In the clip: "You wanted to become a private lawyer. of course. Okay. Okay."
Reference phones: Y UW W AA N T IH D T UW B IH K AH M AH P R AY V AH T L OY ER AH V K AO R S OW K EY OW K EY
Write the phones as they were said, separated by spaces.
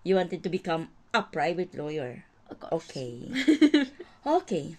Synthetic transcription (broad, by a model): Y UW W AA N T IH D T UW B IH K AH M AH P R AY V AH T L OY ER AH R OW K EY OW K EY